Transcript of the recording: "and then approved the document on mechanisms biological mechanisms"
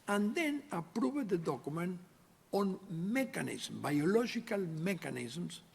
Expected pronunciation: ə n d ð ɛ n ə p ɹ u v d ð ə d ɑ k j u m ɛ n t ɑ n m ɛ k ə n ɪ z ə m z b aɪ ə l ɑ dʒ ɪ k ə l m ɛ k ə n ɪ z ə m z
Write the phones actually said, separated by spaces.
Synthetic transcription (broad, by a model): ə n d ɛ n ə p ɹ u b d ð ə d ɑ k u m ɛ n ɑ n m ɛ k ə n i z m b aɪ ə l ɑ ʒ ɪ k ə l m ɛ k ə n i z m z